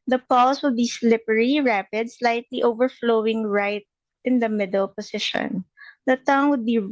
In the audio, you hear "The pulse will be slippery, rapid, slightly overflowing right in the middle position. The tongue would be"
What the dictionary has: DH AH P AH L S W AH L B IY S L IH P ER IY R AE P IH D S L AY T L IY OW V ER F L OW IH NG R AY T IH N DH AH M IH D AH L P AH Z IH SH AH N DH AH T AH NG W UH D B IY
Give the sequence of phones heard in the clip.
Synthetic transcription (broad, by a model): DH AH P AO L S W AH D B IY S L IH P ER IY R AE P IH D S L AY T L IY OW V ER F L OW IH NG R AY T IH N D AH M IH D AH L P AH S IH SH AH N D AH T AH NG W UH D B IY